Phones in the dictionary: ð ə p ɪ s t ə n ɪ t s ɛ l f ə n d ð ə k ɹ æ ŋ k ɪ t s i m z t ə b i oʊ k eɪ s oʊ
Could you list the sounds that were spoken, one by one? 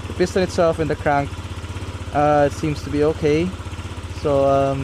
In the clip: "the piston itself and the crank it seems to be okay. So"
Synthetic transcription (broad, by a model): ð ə b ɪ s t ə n ɪ t s ɛ l f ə n ð ə k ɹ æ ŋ k ɪ t s i m z t ə b i oʊ k eɪ s oʊ